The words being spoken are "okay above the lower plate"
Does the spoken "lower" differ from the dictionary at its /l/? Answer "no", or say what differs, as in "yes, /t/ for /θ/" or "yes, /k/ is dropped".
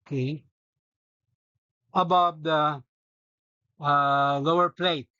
no